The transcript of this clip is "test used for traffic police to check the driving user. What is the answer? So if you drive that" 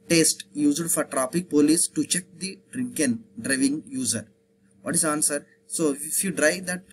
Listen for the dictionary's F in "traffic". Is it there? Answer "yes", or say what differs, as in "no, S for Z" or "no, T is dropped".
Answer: no, P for F